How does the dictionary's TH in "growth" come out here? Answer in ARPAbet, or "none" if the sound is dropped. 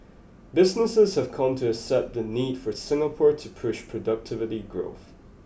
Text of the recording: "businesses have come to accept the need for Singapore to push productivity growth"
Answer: TH